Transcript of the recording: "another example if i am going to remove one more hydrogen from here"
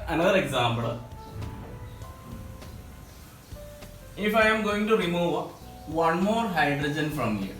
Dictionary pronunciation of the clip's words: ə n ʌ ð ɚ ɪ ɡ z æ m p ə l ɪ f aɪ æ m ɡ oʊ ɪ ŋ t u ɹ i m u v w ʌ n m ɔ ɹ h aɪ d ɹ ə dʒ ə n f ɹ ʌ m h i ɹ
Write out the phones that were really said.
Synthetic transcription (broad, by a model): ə n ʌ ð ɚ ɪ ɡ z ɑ m b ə l ɪ f aɪ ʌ m ɡ oʊ ɪ ŋ t u ɹ i m u v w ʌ n m ɔ ɹ h aɪ d ɹ ə dʒ ə n f ɹ ʌ m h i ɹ